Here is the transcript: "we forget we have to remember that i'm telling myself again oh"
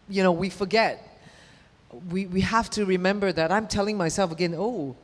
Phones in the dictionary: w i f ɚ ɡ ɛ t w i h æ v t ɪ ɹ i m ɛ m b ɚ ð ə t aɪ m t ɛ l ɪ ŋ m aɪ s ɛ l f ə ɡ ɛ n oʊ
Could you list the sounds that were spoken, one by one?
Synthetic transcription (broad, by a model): w i f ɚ ɡ ɛ t w i h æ f t ɪ ɹ i m ɛ m b ɚ ð ə t aɪ m t ɛ l ɪ ŋ m aɪ s ɛ l f ə ɡ ɛ n oʊ